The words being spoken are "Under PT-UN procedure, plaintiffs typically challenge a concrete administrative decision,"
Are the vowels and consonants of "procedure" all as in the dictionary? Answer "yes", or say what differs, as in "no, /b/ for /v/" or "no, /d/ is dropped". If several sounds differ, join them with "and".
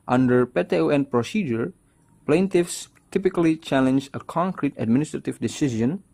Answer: yes